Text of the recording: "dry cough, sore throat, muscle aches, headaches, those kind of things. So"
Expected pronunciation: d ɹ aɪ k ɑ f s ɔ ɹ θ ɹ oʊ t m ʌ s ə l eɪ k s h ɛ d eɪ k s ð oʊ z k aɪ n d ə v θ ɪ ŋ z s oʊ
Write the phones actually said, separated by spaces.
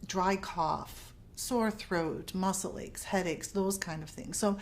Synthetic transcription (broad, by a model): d ɹ aɪ k ɑ f s ɔ ɹ θ ɹ oʊ t m ʌ s l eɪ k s h ɛ d eɪ k s ð oʊ z k aɪ n d ə v θ ɪ ŋ z s oʊ